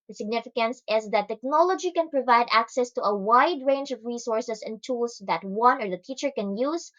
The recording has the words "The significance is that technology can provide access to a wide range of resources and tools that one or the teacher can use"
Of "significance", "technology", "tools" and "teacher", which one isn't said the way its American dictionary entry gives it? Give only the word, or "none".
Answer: tools